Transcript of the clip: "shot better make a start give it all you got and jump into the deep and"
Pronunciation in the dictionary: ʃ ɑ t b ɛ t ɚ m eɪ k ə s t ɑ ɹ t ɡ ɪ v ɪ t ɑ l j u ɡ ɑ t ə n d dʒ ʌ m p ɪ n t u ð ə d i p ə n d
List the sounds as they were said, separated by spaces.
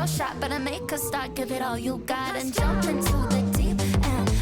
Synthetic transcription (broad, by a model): ʃ ɑ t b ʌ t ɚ m eɪ k ə s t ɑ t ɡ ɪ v ɪ t ɑ l j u ɡ ɑ t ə n dʒ ʌ m p ɪ n t u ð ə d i ə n